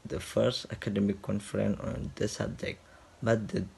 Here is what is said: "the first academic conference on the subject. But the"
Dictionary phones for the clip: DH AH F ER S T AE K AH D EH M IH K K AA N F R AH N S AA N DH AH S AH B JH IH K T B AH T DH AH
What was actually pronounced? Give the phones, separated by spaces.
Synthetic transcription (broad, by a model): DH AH F ER S T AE K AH D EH M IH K K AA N F R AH N AA N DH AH S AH B JH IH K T B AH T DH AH